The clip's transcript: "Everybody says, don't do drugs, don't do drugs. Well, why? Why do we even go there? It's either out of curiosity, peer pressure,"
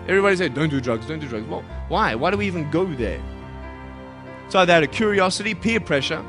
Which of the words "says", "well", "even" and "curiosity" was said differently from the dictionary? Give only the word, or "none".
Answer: says